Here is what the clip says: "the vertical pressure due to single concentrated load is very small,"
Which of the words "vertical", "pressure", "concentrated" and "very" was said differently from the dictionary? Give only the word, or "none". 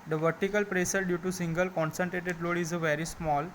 pressure